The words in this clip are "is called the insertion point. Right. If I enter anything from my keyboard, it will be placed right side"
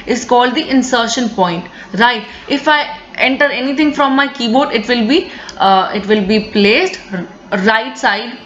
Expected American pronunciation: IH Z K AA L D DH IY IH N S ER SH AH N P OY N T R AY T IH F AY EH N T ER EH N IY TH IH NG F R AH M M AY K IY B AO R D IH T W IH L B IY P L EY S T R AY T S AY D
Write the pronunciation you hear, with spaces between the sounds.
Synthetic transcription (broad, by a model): IH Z K AA L D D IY IH N S ER SH AH N P OY N T R AY T IH F AY EH N T ER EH N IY T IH NG F R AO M M AY K IY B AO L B IH T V IH L B IY P L EY S T R AY T S AY D